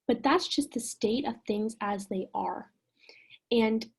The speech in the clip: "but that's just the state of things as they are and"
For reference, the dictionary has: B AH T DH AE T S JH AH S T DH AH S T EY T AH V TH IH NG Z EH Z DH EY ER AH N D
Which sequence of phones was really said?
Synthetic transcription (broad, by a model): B AH T DH AE T S JH AH S T DH AH S T EY T AH V TH IH NG Z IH Z DH EY ER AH N